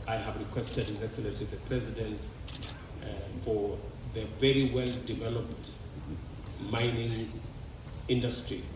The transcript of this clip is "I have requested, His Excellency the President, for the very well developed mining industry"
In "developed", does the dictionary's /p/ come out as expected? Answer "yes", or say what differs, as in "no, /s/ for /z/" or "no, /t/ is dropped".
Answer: yes